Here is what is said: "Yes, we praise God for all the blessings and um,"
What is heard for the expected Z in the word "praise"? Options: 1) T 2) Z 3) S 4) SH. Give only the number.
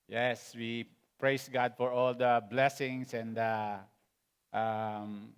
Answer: 3